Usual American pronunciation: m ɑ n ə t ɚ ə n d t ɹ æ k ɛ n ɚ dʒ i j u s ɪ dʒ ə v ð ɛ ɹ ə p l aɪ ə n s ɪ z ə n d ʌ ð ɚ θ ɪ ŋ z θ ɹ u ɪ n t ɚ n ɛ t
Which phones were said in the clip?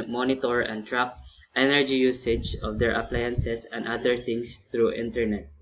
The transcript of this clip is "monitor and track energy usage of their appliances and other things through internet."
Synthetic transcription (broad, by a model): m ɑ n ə t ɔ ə n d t ɹ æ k ɛ n ɚ dʒ i j u s ɪ dʒ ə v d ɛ ɹ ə p l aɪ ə n s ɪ s ə n d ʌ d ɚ t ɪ ŋ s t ɹ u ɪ n t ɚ n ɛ t